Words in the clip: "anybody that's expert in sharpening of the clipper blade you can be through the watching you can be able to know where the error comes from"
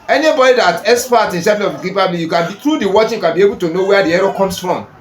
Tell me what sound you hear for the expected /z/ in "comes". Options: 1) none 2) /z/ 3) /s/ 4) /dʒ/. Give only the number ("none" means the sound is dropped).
3